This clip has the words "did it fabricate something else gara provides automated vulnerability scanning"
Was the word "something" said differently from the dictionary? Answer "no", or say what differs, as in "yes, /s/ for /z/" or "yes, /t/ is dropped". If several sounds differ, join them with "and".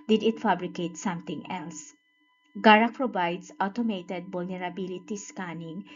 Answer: yes, /t/ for /θ/